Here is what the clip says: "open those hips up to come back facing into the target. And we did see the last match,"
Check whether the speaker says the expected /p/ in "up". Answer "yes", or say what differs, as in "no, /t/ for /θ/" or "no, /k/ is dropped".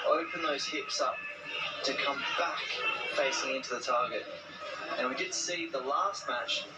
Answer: yes